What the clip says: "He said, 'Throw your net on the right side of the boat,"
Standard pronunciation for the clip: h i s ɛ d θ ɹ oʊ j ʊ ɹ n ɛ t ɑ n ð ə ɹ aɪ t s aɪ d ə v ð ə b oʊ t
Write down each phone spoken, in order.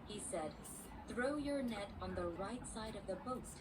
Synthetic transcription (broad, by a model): h i s ɛ d θ ɹ oʊ j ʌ ɹ n ɛ t n ð ə ɹ aɪ t s aɪ d ə v ð ə b oʊ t